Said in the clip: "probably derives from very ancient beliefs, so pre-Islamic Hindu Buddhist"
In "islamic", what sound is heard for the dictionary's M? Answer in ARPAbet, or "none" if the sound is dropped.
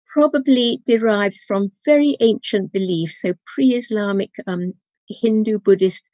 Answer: M